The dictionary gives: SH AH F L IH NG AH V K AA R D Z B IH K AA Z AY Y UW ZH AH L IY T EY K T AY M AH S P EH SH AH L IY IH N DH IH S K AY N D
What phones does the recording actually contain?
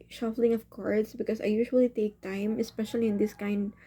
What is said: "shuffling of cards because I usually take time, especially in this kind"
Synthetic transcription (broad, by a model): SH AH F L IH NG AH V K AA R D S B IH K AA S AY Y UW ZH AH L IY T EY K T AY M AH S P EH SH AH L IY IH N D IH S K AY N D